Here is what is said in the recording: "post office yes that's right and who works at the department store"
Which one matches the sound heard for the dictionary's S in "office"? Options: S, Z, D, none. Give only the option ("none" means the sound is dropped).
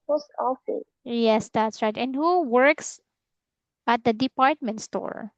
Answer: none